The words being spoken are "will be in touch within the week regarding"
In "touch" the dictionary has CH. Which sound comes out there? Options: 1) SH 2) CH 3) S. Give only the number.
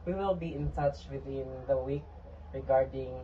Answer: 2